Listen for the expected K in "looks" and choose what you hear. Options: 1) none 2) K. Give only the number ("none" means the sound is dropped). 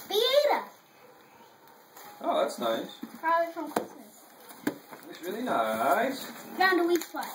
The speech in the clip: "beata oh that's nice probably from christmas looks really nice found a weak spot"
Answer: 1